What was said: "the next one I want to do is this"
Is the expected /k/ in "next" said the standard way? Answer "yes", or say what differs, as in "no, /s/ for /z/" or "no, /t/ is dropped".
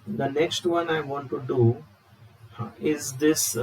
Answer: yes